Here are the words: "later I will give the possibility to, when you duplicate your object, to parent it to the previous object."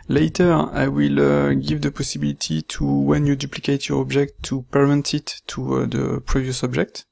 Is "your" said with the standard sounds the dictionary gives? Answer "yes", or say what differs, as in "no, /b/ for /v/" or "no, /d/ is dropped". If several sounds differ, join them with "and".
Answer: yes